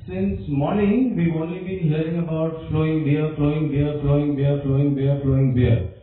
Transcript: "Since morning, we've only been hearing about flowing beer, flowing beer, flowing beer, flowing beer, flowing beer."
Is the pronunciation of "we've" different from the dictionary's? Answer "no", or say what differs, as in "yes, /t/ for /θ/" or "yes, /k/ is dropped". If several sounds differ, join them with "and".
yes, /v/ is dropped